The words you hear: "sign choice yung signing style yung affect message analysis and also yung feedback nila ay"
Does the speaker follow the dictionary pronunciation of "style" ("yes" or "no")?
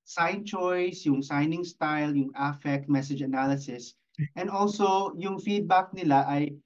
yes